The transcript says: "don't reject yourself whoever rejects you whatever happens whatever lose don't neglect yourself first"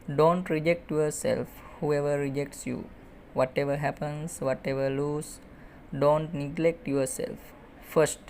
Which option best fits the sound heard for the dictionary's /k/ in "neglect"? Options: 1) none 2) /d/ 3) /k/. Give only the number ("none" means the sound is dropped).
3